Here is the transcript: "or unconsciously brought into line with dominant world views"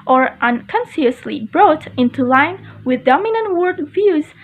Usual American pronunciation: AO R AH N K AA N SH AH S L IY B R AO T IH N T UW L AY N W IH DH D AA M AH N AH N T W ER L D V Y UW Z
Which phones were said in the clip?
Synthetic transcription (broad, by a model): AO R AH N K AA N S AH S L IY B R AO T IH N T UW L AY N W IH DH D AA M AH N AH N T W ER D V Y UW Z